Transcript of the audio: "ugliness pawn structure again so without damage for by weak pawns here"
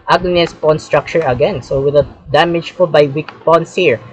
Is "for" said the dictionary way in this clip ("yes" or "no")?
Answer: no